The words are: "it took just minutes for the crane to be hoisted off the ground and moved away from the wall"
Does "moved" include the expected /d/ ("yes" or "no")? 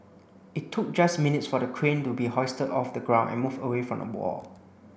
no